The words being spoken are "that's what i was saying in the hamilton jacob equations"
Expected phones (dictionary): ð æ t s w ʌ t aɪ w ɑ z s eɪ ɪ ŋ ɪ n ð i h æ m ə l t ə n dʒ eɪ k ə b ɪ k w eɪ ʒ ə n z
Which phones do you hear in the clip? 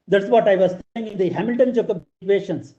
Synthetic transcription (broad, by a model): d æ t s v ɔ t aɪ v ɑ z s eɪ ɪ ŋ ɪ n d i h æ m ə l t ə n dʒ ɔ k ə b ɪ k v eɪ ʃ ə n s